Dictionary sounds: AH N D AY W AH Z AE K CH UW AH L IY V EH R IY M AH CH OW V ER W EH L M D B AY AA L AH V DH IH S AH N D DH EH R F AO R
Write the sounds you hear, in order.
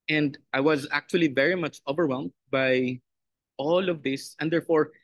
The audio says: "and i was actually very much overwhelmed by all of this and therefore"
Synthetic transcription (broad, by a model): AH N D AY W AH Z AE K CH UW AH L IY V EH R IY M AH CH OW V ER W EH L M D B AY AA L AH V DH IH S AH N D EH R F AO R